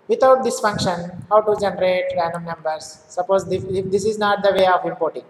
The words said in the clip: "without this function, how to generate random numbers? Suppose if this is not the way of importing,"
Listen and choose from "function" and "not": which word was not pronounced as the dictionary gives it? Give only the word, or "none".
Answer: none